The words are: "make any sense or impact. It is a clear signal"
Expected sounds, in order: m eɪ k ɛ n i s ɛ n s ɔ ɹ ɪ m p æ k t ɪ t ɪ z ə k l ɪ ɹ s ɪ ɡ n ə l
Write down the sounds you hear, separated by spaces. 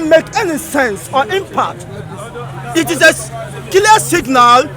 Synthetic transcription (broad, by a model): m eɪ k ɛ n i s ɛ n s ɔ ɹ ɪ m p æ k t ɪ t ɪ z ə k l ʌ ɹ s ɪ ɡ n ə l